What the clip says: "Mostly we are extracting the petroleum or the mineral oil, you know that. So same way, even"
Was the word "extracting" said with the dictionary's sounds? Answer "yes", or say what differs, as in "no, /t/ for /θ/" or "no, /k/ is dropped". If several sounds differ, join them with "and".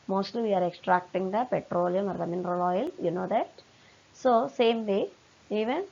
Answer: yes